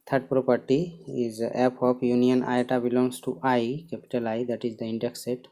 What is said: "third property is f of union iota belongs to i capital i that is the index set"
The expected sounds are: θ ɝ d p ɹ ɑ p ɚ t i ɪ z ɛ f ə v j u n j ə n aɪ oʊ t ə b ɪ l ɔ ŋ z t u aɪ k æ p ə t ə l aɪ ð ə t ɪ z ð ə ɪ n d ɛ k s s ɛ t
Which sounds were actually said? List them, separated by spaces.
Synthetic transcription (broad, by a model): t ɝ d p ɹ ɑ p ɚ t i ɪ z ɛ p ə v j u n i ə n aɪ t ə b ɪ l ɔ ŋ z t u aɪ k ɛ p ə t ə l aɪ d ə t ɪ z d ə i n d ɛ k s s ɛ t